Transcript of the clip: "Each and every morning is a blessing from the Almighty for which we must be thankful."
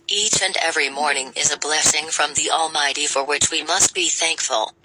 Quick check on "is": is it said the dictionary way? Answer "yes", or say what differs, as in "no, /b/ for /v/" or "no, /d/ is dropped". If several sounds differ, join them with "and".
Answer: yes